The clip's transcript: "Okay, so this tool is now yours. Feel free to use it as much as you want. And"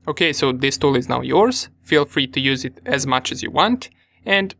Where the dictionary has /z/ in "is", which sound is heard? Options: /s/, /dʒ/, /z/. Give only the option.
/z/